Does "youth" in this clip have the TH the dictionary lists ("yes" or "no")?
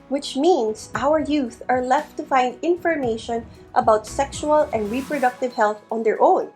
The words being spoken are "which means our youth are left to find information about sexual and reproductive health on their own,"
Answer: yes